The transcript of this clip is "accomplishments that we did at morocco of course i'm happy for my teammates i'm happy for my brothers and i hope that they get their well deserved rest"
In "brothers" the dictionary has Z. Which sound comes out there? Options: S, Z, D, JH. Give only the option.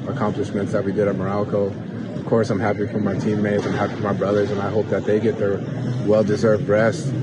Z